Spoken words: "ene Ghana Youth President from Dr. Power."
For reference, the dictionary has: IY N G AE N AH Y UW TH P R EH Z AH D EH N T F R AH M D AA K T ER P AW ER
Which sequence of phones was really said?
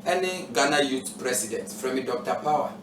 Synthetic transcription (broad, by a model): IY N G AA N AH Y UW T P R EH S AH D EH N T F R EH M D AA K T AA P AW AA